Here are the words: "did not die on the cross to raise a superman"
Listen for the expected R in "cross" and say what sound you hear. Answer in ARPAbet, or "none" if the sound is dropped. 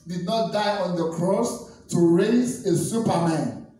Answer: R